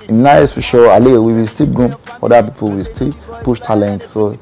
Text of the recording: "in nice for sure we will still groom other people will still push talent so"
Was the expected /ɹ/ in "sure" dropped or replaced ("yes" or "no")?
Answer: yes